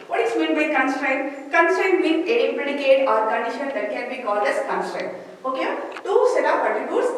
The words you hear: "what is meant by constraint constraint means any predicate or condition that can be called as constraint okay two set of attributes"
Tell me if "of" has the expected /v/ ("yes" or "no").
no